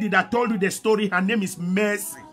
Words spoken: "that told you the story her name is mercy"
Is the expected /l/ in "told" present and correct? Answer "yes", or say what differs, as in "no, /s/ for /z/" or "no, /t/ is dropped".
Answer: yes